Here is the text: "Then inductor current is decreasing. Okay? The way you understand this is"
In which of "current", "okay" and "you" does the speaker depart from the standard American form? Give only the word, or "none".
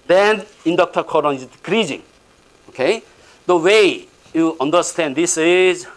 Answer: current